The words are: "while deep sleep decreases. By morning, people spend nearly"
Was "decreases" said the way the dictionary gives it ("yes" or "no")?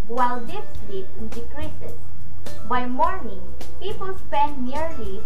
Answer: no